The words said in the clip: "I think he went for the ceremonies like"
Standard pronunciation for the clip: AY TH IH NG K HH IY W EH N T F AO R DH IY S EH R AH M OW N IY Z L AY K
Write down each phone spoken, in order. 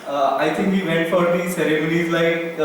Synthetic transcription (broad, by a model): AY T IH NG K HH IY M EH T F AO R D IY S EH R AH M OW N IY Z L AY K